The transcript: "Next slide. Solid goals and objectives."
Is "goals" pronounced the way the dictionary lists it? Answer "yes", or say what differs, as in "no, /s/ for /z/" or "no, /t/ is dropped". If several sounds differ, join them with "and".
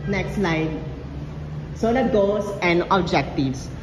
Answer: no, /l/ is dropped